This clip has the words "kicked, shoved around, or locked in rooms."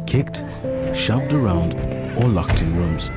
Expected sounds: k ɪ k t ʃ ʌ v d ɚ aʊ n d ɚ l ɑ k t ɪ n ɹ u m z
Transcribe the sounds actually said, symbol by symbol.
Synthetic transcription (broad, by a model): k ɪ k t ʃ ʌ v d ɚ aʊ n d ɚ l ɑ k t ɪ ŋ ɹ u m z